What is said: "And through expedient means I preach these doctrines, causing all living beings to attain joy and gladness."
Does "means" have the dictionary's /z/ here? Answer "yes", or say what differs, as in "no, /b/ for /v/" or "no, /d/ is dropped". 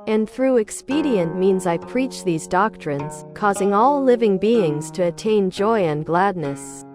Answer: yes